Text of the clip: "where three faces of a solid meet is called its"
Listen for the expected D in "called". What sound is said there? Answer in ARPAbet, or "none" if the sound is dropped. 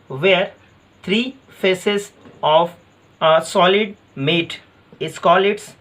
none